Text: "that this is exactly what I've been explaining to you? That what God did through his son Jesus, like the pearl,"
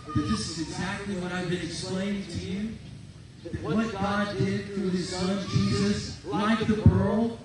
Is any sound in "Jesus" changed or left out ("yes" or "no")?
no